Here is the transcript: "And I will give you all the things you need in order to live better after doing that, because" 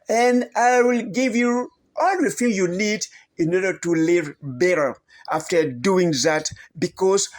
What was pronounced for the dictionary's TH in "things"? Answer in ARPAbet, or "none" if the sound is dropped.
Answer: F